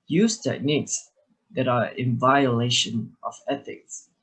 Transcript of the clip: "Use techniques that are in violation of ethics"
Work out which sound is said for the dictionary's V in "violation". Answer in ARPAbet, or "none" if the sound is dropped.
V